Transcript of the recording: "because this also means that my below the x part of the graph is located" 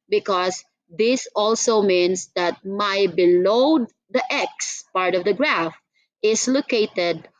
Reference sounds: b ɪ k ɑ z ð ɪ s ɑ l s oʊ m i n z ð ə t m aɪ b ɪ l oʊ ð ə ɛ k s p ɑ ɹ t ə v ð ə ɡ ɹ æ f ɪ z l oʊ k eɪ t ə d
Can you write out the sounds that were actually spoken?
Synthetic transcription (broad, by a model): b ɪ k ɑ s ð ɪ s ɑ l s oʊ m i n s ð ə t m aɪ b ɪ l oʊ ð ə ɛ k s p ɑ ɹ t ə v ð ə ɡ ɹ æ f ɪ s l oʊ k eɪ t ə d